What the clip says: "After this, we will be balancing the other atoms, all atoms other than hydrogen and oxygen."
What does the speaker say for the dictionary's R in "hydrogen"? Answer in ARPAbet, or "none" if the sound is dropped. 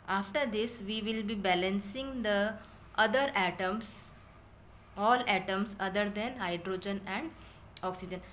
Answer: R